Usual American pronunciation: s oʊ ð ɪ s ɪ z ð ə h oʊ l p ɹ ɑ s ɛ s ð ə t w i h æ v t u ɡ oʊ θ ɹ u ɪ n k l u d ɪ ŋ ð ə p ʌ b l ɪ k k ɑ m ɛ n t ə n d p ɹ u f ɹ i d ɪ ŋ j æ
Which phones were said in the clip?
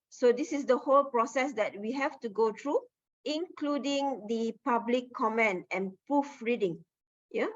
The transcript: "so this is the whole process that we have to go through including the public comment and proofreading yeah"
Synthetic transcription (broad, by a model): s oʊ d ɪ s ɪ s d ə h oʊ l p ɹ ɑ s ɛ s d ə t w i h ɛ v t u ɡ oʊ t ɹ u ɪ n k l u d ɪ ŋ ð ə p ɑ b l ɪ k k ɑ m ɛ n ə n p ɹ u f ɹ i d ɪ ŋ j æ